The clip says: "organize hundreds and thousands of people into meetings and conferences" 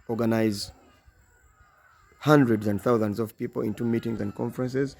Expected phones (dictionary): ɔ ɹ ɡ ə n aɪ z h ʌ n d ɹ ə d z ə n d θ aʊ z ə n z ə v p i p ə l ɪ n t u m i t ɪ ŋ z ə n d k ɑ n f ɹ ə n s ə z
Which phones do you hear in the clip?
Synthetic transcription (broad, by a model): ɔ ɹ ɡ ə n aɪ z h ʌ n d ɹ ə d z ə n d θ aʊ z ə n z ə v p i p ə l ɪ n t u m i t ɪ ŋ z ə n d k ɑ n f ɹ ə n s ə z